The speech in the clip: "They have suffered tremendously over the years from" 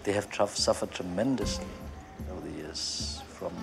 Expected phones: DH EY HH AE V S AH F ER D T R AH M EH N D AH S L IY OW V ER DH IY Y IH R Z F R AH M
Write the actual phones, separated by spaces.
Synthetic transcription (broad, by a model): DH EY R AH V S AH F ER D T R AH M EH N D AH S L IY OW UH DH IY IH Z F R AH M